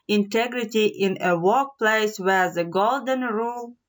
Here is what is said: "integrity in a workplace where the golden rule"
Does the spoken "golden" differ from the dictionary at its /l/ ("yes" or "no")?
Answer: no